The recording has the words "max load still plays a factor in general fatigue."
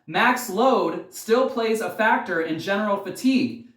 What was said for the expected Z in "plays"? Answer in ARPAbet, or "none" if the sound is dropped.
Z